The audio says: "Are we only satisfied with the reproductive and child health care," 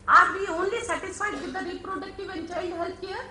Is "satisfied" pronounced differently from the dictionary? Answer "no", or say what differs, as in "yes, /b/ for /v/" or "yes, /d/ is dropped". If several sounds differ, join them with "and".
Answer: yes, /f/ is dropped